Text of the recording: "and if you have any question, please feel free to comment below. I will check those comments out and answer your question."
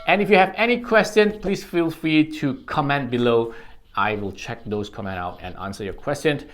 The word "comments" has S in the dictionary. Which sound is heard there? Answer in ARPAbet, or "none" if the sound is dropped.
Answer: none